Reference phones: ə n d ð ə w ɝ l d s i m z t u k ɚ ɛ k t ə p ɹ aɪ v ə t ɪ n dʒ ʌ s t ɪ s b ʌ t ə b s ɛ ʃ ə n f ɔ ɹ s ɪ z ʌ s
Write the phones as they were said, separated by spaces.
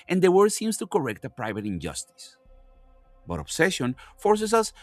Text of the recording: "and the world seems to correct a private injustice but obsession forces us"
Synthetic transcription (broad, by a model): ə n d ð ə w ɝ d s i m s t u k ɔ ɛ k t ə p ɹ aɪ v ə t ɪ n dʒ ʌ s t ɪ s b ʌ t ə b s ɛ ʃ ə n f ɔ ɹ s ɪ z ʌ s